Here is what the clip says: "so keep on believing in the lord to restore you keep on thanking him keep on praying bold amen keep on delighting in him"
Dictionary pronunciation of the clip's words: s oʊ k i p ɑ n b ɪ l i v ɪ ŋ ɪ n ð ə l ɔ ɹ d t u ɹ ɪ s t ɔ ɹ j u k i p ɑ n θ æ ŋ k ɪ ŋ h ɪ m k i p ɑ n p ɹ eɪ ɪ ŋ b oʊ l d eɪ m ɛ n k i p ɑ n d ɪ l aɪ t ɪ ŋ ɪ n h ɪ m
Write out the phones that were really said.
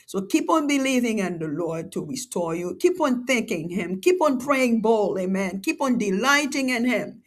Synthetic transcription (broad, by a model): s oʊ k i p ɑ n b ɪ l i v ɪ ŋ ɪ n ð ə l ɔ ɹ d t u ɹ ɪ s t ɔ ɹ j u k i p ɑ n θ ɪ ŋ k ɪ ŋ h ɪ m k i p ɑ n p ɹ eɪ ɪ ŋ b oʊ l eɪ m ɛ n k i p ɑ n d ɪ l aɪ t ɪ ŋ ɪ n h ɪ m